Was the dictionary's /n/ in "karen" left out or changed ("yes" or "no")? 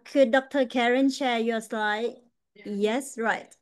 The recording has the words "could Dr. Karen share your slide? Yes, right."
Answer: no